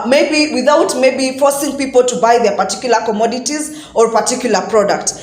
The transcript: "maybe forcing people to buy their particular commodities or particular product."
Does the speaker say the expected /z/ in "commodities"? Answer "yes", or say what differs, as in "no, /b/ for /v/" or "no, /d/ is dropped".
yes